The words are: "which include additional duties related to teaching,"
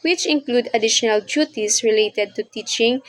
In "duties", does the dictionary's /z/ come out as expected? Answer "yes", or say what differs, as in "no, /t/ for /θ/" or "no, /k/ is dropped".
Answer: no, /s/ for /z/